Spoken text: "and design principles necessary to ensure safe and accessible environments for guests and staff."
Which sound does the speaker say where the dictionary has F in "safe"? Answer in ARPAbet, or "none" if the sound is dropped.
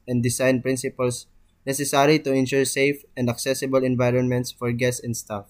F